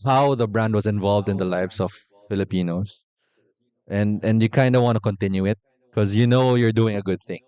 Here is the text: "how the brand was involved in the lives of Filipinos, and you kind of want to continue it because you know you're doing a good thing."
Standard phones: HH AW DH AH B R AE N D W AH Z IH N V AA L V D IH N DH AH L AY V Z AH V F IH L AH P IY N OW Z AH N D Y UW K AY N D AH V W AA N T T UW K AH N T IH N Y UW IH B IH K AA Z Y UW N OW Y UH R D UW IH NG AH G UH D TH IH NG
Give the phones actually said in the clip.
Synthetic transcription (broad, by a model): HH AW DH AH B R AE N D W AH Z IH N V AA L V D IH N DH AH L AY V S AH V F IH L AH P IY N OW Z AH N D Y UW K AY N D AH W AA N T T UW K AH N T IH N Y UW IH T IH K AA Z Y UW N OW Y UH R D UW IH NG AH G UH D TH IH NG